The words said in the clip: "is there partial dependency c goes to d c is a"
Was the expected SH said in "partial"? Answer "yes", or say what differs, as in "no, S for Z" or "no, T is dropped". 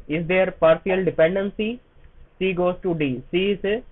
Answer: no, S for SH